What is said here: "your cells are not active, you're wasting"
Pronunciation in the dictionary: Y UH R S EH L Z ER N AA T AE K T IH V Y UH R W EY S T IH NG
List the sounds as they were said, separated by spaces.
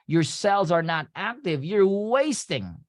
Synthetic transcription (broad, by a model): Y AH R S EH L Z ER N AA T AE K T IH V Y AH R W EY S T IH NG